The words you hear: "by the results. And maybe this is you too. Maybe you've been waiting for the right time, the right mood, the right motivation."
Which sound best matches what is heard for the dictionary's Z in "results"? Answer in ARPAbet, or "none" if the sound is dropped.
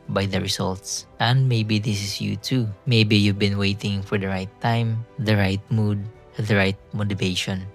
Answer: S